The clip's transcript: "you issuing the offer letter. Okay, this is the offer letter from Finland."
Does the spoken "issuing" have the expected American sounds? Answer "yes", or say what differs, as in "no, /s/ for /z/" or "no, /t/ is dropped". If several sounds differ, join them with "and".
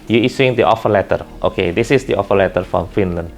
no, /s/ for /ʃ/